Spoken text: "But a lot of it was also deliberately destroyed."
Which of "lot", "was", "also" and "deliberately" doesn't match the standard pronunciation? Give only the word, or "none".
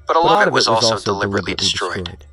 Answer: none